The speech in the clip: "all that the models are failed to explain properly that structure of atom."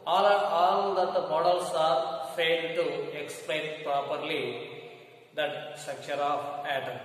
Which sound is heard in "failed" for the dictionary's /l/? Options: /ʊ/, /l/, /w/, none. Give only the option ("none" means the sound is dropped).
none